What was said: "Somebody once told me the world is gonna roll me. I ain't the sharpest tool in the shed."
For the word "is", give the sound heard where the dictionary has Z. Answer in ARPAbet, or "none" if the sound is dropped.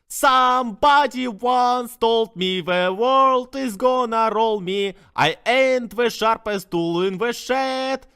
Z